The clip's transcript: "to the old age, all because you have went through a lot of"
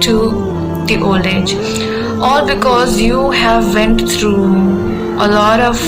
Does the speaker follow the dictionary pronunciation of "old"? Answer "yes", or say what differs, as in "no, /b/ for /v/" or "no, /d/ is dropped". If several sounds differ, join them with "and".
no, /d/ is dropped